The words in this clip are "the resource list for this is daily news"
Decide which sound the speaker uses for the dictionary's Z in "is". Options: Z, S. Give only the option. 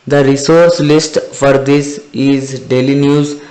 Z